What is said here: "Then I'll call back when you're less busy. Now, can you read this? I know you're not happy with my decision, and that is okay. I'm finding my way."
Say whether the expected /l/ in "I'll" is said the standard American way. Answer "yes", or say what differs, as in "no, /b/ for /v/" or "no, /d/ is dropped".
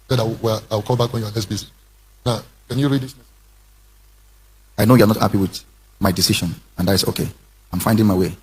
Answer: no, /w/ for /l/